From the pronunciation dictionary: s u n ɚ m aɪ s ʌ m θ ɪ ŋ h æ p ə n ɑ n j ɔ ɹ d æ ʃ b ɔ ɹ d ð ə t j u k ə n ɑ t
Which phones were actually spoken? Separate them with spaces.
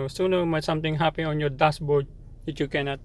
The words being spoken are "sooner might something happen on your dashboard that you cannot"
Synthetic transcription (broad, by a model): s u n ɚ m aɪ s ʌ m t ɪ ŋ h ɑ p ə ɑ n j ɔ ɹ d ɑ s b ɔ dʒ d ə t j u k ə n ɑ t